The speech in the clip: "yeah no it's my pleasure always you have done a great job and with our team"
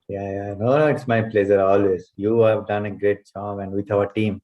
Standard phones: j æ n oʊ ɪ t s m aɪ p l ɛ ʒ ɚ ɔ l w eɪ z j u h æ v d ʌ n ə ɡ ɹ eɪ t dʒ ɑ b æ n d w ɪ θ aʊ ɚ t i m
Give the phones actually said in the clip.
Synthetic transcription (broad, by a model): j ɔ n oʊ ɪ t s m aɪ p l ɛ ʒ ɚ ɔ l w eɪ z j u h æ v d ʌ n ə ɡ ɹ eɪ t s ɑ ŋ æ n d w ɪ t aʊ ɚ t i m